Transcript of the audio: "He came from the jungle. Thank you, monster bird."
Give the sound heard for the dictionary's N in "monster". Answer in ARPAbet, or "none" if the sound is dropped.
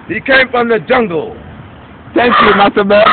none